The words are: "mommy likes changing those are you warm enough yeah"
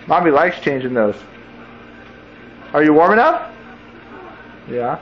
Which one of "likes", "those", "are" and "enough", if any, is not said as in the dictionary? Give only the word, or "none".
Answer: enough